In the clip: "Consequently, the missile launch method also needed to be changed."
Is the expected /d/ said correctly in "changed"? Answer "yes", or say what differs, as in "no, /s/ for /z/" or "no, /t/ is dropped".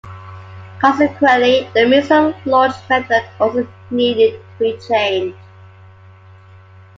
no, /d/ is dropped